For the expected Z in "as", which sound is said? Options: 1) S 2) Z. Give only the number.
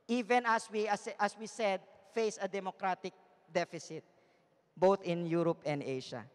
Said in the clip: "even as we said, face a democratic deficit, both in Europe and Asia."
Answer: 1